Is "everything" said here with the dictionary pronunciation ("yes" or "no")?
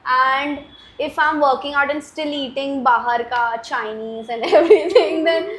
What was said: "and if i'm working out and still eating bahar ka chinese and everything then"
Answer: no